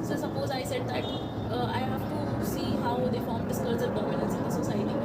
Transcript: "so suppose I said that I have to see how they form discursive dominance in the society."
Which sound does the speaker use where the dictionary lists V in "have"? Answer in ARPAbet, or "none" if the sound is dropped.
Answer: F